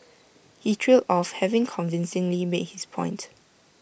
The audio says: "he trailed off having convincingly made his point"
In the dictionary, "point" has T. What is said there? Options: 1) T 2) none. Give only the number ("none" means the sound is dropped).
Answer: 1